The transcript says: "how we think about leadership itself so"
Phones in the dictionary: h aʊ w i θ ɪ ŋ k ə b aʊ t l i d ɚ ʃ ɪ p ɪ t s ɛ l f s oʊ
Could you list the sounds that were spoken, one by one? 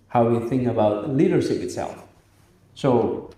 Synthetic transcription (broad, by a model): h aʊ w i θ ɪ ŋ k ə b aʊ t l i d ɚ ʃ ɪ p ɪ t s ɛ l f s oʊ